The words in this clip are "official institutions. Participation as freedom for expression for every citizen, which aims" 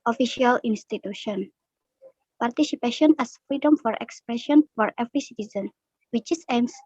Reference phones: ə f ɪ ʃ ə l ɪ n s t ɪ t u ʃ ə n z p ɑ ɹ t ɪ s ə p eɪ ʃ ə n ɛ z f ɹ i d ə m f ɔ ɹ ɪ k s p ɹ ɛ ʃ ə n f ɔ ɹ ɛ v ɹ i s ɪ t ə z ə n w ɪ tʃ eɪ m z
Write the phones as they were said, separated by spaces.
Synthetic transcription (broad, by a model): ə f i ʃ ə l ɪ n s t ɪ t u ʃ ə n p ɑ ɹ t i s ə p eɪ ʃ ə n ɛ s f ɹ i d ə m f ɔ ɹ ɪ k s p ɹ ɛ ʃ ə n f ɔ ɹ ɛ v ɹ i s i t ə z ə n w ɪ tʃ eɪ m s